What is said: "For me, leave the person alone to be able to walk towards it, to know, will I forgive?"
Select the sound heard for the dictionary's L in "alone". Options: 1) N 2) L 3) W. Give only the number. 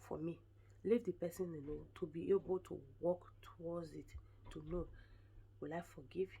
1